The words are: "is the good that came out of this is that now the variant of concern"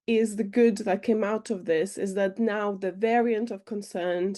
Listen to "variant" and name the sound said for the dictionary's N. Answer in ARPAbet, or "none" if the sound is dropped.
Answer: N